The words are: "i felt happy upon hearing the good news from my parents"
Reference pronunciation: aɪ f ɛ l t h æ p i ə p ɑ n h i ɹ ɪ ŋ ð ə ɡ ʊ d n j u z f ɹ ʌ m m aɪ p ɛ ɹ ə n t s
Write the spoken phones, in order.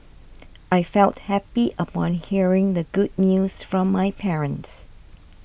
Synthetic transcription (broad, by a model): aɪ f ɛ l t h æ p i ə p ɑ n h i ɹ ɪ ŋ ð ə ɡ ʊ d n j u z f ɹ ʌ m m aɪ p ɛ ɹ ə n t s